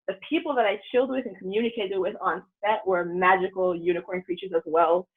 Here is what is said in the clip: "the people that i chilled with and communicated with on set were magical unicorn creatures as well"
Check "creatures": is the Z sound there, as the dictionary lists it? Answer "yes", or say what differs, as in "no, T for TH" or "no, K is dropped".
yes